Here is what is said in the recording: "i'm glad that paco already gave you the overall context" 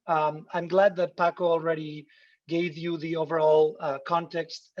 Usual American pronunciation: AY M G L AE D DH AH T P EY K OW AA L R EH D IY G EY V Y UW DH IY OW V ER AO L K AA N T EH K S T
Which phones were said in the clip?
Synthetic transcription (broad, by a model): AY M G L AE D DH AH T P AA K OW AA L R EH D IY G EY V Y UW DH IY OW V ER AO L K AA N T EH K S T